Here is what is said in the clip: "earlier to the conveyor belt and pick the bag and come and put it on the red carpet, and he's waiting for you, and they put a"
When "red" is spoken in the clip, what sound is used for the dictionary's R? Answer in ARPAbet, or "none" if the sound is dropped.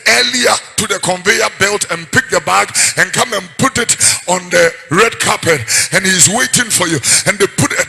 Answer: R